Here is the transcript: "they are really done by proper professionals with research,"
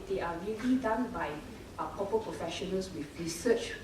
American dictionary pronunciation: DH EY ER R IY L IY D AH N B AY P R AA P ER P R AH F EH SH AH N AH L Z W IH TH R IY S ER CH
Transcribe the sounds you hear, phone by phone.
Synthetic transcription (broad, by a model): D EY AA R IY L IY D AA N B AY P AA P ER P R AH F EH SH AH N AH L S W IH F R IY S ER CH